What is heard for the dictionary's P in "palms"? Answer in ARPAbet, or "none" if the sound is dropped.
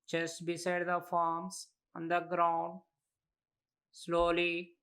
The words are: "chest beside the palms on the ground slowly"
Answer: F